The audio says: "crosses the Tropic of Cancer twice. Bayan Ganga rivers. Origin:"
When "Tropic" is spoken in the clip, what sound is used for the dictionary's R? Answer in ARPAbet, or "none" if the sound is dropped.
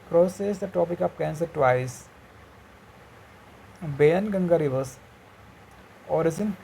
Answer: none